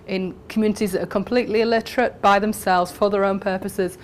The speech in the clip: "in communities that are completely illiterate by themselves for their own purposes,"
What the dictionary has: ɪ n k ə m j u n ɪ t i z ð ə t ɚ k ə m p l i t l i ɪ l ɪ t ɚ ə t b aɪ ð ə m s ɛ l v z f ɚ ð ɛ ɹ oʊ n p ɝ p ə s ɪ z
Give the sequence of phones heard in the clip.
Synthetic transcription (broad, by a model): ɪ n k ə m j u n ɪ t i z ð ə t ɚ k ə m p l i t l i ɪ l ɪ t ɚ ə t b aɪ ð ə m s ɛ l v z f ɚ ð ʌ ɹ oʊ n p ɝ p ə s ɪ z